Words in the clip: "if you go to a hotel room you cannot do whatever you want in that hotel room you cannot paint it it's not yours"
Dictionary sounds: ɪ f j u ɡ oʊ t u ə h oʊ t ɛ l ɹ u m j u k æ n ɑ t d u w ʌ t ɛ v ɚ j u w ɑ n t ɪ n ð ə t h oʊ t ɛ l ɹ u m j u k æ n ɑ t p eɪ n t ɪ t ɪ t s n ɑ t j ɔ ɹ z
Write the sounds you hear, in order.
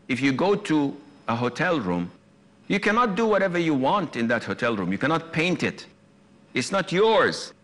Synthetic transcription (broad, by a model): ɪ f j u ɡ oʊ t u ə h oʊ t ɛ l ɹ u m j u k æ n ɑ t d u w ʌ t ɛ v ɚ j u w ɑ n t ɪ n ð ə t h oʊ t ɛ l ɹ u m j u k æ n ɑ t p eɪ n t ɪ t ɪ t s n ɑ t j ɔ ɹ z